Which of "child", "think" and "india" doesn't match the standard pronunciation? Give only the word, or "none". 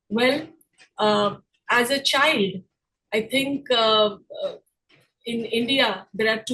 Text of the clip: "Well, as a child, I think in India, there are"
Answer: think